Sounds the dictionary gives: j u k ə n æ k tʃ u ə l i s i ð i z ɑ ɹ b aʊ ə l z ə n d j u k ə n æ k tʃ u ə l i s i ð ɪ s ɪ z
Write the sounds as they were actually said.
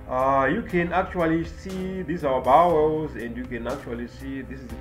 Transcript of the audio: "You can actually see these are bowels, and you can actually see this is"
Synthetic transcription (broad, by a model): j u k ə n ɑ k tʃ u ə l i s i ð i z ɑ w b aʊ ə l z ə n d j u k ə n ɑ k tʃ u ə l i s i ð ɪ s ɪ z